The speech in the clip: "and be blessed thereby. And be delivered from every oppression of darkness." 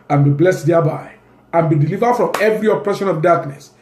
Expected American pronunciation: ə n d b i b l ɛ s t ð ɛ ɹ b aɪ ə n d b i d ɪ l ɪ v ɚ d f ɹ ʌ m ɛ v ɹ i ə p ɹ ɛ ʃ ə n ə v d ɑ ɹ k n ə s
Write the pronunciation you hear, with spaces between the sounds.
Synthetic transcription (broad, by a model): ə n b i b l ɛ s t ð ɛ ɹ b aɪ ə n b i d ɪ l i v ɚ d f ɹ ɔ m ɛ v ɹ i ə p ɹ ɛ ʃ ə n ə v d ɑ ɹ k n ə s